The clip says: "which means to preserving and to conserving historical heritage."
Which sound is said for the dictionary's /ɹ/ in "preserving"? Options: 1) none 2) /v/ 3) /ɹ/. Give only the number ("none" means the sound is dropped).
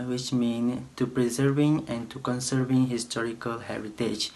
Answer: 3